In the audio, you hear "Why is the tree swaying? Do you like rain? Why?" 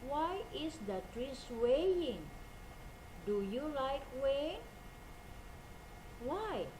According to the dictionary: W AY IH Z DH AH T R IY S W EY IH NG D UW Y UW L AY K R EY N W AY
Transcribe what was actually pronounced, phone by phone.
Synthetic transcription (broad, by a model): W AY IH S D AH T R IY S W EY IH NG D UW Y UW L AY K W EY W AY